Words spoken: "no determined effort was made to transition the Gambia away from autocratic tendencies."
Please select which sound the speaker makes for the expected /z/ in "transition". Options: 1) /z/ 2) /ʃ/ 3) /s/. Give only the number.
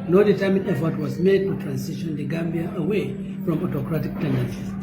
3